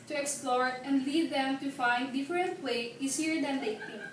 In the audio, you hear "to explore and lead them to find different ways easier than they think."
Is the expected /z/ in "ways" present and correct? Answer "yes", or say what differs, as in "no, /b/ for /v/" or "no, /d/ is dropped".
no, /z/ is dropped